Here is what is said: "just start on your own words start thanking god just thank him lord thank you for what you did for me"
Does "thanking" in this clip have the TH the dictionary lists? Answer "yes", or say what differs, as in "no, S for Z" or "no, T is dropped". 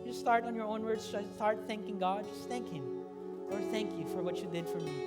yes